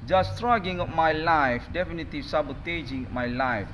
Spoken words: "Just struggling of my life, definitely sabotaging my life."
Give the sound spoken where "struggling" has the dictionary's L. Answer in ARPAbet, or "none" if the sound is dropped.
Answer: none